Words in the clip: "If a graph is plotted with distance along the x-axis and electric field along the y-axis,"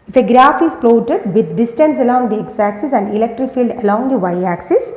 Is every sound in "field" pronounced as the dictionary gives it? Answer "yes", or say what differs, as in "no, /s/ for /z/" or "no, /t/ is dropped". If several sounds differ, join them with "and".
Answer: yes